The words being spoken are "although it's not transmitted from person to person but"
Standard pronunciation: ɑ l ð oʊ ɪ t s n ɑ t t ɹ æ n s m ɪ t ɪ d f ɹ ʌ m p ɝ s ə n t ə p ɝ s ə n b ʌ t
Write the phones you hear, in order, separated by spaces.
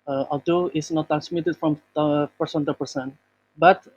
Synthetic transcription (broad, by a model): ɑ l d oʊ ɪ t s n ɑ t t ɹ æ n s m ɪ t ɪ d f ɹ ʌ m p ɝ s ə n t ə p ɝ s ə n b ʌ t